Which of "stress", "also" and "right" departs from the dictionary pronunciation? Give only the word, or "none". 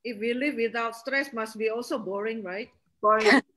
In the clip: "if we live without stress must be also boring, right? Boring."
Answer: none